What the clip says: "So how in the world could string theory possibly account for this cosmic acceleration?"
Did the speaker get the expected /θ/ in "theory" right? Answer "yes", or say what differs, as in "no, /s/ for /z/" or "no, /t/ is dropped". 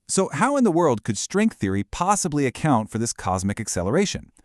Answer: yes